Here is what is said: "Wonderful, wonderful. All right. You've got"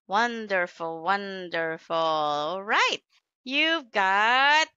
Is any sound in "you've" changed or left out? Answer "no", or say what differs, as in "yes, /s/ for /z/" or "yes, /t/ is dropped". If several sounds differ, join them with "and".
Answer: no